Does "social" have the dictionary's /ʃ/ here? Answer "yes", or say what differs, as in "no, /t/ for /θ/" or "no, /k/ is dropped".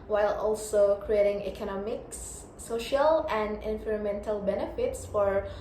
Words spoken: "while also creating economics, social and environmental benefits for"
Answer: yes